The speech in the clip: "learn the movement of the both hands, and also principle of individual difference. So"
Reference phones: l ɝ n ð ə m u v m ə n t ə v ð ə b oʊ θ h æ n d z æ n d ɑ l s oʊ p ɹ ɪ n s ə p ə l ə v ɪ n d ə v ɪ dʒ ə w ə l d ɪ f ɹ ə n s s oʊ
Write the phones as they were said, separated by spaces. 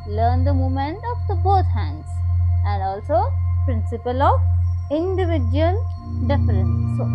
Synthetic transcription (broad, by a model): l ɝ n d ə m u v m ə n t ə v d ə b oʊ t h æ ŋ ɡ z æ n d ɑ l s oʊ p ɹ ɪ n s ə p ə l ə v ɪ n d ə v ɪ dʒ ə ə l d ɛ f ə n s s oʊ